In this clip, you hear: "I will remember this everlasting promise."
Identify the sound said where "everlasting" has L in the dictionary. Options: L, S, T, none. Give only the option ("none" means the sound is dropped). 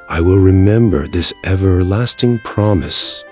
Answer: L